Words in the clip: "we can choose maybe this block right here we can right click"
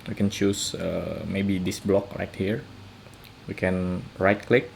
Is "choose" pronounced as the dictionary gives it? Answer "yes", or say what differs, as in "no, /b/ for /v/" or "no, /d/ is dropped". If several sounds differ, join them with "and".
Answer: no, /s/ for /z/